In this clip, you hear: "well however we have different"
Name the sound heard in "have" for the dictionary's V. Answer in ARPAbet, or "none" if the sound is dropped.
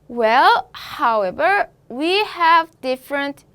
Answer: V